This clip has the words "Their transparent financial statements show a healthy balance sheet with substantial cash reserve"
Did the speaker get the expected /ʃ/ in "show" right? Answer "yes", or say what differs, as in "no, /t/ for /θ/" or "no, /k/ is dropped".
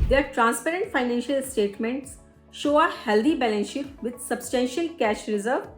yes